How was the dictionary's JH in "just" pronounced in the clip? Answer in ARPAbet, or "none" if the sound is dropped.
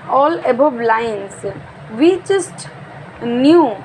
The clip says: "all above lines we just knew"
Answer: CH